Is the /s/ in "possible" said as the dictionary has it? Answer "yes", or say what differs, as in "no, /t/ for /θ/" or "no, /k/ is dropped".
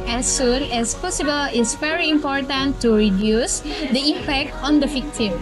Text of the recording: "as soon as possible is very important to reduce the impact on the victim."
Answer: yes